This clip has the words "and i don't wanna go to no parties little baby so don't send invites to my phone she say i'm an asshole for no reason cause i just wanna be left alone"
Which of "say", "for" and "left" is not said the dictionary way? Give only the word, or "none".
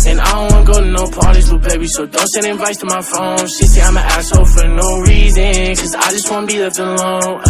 left